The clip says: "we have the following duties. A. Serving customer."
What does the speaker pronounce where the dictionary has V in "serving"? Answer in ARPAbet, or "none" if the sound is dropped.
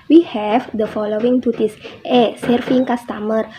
F